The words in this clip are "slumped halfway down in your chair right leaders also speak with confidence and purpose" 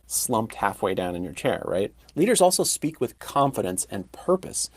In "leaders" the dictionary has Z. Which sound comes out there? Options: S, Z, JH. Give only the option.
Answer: Z